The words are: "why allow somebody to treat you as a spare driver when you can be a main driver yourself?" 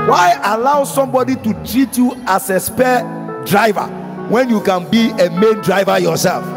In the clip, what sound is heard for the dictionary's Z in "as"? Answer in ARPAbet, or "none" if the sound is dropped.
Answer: S